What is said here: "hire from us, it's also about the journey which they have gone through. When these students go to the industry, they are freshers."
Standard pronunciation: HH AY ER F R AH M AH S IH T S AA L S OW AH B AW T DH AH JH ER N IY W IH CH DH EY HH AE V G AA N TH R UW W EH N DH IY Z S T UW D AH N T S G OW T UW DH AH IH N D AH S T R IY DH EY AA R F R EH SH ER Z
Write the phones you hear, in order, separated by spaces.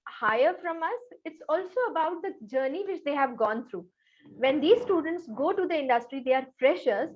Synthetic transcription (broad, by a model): HH AY ER F R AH M AH S IH T S AA L S OW AH B AW T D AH JH ER N IY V IH CH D EY HH AE V G AA N T R UW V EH N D IY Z S T UW D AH N T S G OW T UW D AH IH N D AH S T R IY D EY AA R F R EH SH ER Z